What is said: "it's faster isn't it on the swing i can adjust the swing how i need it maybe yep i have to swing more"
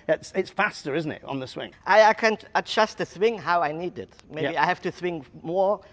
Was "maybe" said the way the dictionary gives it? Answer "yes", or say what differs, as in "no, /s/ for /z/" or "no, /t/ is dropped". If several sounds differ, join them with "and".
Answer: no, /b/ is dropped